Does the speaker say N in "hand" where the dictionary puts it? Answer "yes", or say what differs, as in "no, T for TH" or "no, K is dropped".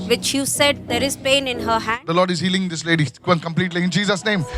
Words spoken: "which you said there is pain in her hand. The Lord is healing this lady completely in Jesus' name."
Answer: no, N is dropped